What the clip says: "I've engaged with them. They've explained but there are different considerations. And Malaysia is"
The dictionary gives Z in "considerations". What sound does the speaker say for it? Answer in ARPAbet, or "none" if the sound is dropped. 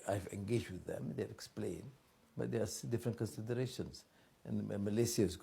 S